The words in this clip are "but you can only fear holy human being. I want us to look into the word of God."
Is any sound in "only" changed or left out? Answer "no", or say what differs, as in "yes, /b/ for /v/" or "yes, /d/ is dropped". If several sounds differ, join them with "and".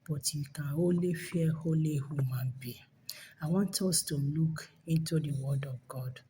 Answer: yes, /n/ is dropped